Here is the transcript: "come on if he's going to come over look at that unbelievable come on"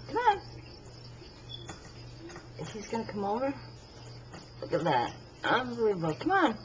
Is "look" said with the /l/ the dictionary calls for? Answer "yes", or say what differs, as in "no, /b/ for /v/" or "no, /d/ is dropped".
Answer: yes